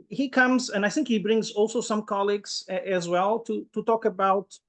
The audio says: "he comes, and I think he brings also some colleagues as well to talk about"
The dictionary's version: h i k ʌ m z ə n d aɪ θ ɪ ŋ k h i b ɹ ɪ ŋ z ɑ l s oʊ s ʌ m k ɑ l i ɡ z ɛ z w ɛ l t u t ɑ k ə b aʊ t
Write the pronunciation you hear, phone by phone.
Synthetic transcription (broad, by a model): h i k ʌ m z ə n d aɪ θ ɪ ŋ k h i b ɹ ɪ ŋ z ɑ l s oʊ s ʌ m k ɑ l i ɡ z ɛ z w ɛ l t u t ɑ k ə b aʊ t